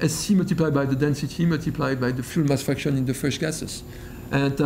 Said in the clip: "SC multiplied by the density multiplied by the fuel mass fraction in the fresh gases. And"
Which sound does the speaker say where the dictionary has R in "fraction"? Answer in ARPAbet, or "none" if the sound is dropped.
none